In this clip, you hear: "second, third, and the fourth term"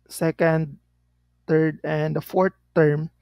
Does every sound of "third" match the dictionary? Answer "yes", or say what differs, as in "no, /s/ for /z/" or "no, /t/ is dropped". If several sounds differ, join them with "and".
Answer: no, /t/ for /θ/